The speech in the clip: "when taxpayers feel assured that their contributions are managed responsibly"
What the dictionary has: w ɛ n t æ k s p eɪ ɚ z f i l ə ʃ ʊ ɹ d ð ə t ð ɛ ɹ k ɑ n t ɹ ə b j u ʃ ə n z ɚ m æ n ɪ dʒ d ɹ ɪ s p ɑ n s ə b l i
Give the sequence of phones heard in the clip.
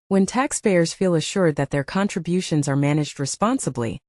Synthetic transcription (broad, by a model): w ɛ n t æ k s p eɪ ɚ z f i l ə ʃ ʊ ɹ d ð ə t ð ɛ ɹ k ɑ n t ɹ ə b j u ʃ ə n z ɚ m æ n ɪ dʒ d ɹ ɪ s p ɑ n s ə b l i